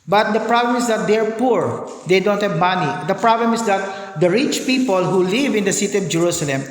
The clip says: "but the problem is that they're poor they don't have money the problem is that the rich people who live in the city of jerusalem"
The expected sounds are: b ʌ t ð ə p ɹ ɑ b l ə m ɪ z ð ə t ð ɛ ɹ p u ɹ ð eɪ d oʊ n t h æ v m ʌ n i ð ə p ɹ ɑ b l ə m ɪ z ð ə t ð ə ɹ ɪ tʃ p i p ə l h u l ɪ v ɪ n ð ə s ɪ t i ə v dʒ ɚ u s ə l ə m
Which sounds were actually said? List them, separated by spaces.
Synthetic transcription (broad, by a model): b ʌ t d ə p ɹ ɑ b l ə m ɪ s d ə t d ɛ ɹ p u ɹ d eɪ d oʊ n t h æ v m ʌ n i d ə p ɹ ɑ b l ə m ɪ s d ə t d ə ɹ ɪ tʃ p i p ə l h u l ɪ v ɪ n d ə s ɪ t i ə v dʒ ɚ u s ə l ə m